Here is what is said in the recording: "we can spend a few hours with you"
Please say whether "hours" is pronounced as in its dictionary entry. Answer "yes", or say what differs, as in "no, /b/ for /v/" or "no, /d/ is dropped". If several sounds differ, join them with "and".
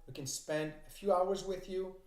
yes